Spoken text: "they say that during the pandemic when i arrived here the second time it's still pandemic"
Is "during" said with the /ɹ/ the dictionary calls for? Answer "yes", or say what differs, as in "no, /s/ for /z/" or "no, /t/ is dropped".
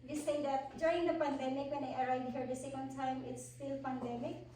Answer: no, /ɹ/ is dropped